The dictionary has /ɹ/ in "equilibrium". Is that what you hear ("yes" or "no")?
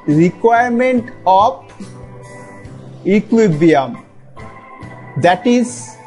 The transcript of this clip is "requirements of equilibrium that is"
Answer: no